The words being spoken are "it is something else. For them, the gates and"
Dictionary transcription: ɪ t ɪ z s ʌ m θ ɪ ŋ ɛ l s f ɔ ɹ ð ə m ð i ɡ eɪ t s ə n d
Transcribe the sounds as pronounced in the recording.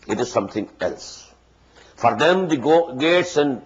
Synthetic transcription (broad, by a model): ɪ t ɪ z s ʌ m t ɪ ŋ ɛ l s f ɔ ɹ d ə m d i ɡ eɪ t s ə n d